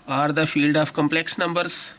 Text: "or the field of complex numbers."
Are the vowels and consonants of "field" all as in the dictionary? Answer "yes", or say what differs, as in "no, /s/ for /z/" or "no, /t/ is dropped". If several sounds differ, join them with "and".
yes